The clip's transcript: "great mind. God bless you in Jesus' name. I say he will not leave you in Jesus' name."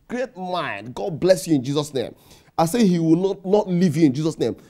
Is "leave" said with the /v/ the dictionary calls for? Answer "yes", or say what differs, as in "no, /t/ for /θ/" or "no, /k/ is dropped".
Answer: yes